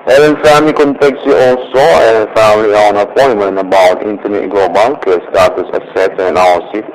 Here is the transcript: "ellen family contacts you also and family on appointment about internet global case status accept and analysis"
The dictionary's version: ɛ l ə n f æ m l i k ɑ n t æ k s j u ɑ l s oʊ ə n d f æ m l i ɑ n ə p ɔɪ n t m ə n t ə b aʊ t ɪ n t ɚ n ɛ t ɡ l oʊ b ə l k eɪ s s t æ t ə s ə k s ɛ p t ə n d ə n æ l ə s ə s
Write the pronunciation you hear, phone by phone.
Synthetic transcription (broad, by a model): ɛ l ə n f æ m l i k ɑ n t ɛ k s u ɑ l s oʊ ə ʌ f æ m l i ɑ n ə p ɔɪ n m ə n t ə b aʊ t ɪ n t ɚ n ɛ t ɡ l oʊ b ə l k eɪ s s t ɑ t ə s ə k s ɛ t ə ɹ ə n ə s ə